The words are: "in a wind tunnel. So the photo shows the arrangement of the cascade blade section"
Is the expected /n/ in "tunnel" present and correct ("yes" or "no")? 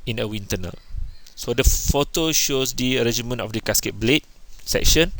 yes